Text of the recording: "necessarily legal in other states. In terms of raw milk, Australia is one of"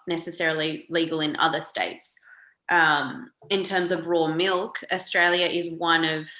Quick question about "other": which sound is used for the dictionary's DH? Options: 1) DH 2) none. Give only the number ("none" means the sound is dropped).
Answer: 1